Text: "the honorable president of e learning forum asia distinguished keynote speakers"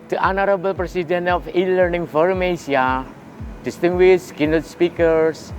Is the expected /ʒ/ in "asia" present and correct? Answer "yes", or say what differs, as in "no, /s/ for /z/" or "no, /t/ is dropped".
no, /s/ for /ʒ/